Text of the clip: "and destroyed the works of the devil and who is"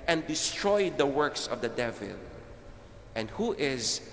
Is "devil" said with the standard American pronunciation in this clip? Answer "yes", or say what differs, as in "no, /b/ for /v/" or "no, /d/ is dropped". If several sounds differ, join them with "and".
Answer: yes